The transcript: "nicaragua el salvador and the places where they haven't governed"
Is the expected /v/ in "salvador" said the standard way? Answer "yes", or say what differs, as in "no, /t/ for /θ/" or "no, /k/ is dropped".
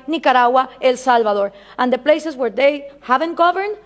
no, /b/ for /v/